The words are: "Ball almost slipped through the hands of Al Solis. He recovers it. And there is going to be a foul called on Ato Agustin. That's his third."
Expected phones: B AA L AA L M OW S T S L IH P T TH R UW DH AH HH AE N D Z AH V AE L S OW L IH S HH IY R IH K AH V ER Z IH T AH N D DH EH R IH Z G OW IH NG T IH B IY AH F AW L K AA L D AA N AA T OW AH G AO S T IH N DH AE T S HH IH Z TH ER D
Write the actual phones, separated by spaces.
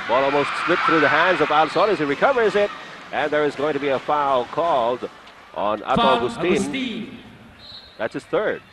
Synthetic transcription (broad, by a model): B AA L AA L M OW S T S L IH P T TH R UW DH AH HH AE N D Z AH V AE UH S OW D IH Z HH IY R IH K AH V ER Z IH T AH N DH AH R IH Z G OW IH NG T IH B IY AH F AW L K AA L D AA N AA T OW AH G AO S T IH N DH AE T S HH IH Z TH ER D